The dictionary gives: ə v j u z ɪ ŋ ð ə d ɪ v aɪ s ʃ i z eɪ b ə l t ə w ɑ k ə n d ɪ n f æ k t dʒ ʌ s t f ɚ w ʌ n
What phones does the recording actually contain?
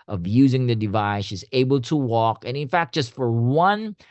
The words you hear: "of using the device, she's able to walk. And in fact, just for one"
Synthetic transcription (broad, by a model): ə v j u z ɪ ŋ ð ə d ɪ v aɪ s ʃ i z eɪ b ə l t ə w ɑ k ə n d ɪ n f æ k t dʒ ʌ s t f ɚ w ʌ n